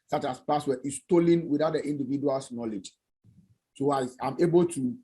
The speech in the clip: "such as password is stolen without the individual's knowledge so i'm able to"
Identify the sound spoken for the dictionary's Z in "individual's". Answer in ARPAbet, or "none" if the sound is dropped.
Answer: S